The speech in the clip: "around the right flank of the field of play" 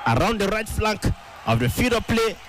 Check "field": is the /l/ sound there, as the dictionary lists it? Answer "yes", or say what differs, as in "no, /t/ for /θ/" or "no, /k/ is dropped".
no, /l/ is dropped